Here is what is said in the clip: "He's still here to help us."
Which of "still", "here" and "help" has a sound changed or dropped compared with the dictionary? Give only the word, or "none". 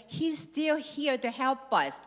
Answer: none